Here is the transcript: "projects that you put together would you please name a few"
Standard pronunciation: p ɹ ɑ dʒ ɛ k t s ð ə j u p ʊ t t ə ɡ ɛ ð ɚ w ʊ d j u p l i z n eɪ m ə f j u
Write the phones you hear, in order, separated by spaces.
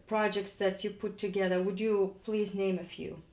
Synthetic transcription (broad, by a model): p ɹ ɑ dʒ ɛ k t s ð ə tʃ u p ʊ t t ə ɡ ɛ ð ɚ w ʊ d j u p l i z n eɪ m ə f j u